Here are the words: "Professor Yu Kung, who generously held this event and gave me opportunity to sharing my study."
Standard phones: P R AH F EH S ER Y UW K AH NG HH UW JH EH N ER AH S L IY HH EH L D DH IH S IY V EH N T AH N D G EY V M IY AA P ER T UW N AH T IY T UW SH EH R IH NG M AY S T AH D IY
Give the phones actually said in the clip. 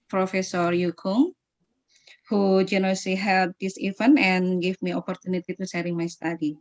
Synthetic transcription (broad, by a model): P R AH F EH S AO Y UW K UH NG HH UW JH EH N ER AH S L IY HH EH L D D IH S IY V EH N AH N G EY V M IY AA P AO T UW N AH T IY T UW S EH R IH NG M AY S T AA D IY